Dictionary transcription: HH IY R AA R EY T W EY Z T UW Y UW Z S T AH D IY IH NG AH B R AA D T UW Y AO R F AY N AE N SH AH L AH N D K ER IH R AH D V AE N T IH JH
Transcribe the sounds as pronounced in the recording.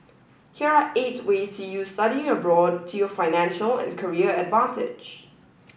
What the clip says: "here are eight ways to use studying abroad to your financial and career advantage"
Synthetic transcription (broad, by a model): HH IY R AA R EY T W EY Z T UW Y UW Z S T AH D IY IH NG AH B R AA D T UW Y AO F AY N AE N SH AH L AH N K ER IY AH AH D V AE N T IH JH